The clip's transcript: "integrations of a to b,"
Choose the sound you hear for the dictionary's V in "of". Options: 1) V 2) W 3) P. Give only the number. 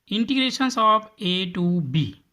3